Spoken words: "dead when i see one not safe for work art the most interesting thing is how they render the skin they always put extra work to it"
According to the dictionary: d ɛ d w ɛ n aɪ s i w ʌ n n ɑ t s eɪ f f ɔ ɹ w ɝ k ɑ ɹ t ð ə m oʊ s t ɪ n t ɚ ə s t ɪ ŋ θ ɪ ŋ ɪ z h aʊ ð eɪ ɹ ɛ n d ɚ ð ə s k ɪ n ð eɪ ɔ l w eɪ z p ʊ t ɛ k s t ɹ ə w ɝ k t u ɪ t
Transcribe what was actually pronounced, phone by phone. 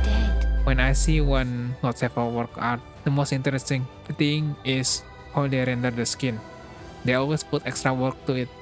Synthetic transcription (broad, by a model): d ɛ w ɛ n aɪ s i w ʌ n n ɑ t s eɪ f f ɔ l w ɝ k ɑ w t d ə m oʊ s t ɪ n t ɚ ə s t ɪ ŋ t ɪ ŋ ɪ s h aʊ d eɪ ɹ ɛ n d ɚ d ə s k ɪ n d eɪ ɔ l w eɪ s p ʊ t ɛ k s t ɹ ə w ɝ k t u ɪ t